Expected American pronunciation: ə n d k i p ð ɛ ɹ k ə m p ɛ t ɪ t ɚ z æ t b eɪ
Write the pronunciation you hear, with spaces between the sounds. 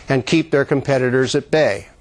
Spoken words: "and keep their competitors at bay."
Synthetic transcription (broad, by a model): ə n k i p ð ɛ ɹ k ə m p ɛ t ɪ t ɚ z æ t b eɪ